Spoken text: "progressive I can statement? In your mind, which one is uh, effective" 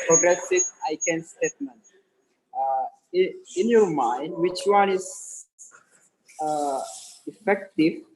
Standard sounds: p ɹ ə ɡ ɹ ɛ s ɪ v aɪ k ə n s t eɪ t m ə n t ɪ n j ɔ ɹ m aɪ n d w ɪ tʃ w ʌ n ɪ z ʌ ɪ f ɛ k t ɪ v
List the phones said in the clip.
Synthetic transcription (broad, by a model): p ɹ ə ɡ ɹ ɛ s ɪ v aɪ k ə n s t eɪ t m ə n t ɪ n j ɔ ɹ m aɪ n d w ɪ tʃ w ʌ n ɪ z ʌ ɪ f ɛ k t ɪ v